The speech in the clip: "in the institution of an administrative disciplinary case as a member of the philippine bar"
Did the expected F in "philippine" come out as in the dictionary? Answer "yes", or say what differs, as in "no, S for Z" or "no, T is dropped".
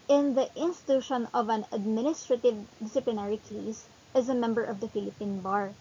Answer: yes